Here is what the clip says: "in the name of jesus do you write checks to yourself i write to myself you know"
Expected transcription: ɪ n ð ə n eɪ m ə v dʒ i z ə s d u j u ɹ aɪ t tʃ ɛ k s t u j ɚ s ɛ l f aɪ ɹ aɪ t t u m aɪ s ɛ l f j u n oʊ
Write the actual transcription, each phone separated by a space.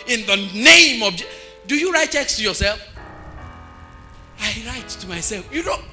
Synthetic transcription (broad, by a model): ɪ n ð ə n eɪ m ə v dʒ d u j u ɹ aɪ t tʃ ɛ k s t u j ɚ s ɛ l f aɪ ɹ aɪ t t u m aɪ s ɛ l f j u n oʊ